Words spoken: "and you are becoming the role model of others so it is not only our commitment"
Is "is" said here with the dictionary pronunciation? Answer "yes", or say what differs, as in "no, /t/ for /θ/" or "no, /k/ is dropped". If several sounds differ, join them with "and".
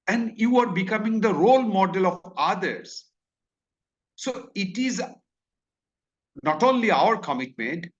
yes